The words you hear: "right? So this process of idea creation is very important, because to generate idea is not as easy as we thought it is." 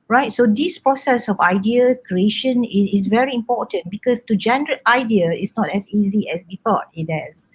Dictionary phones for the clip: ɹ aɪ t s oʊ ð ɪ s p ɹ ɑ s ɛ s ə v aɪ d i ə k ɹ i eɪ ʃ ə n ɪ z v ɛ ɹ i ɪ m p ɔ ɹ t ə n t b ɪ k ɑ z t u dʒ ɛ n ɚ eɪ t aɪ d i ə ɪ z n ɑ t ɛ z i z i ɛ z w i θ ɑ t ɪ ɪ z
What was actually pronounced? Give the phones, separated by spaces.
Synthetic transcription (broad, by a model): ɹ aɪ t s oʊ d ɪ s p ɹ ɑ s ɛ s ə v aɪ d i ə k ɹ i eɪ ʃ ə n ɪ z v ɛ ɹ i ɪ m p ɔ t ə n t b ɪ k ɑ s t u dʒ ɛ n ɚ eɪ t aɪ d i ə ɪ s n ɑ t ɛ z i z i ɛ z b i f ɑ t ɪ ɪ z